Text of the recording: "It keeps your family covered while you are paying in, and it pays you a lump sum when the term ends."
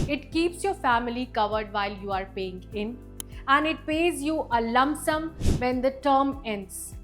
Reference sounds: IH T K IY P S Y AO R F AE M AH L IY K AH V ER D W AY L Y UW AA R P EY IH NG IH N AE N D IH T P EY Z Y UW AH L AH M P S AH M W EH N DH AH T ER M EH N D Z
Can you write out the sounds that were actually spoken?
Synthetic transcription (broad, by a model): IH T K IY P S Y AO R F AE M AH L IY K AH V ER D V AY L Y UW AA R P EY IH NG IH N AE N D IH T P EY Z Y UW AH L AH M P S AH M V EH N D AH T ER M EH N D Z